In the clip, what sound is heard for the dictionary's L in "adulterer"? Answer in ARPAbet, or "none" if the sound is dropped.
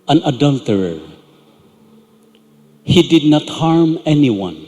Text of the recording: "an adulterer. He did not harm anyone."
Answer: L